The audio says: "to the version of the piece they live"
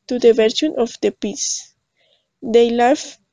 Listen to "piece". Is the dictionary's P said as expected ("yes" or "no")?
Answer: yes